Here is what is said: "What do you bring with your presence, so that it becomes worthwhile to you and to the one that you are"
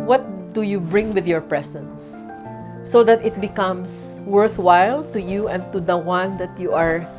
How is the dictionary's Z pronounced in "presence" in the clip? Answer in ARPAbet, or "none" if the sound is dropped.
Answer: S